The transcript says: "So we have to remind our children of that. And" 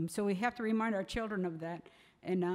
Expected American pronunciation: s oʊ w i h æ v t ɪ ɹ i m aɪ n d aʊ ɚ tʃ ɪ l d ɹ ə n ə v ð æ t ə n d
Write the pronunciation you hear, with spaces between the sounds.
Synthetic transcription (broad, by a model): s oʊ w i h æ f t ɪ ɹ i m aɪ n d aʊ ɚ tʃ ɪ l d ɹ ə n ə v ð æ t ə n